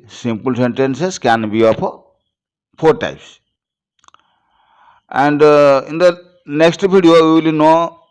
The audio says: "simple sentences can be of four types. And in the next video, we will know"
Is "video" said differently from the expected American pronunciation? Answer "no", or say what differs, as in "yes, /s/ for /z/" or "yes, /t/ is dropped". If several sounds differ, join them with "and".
yes, /b/ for /v/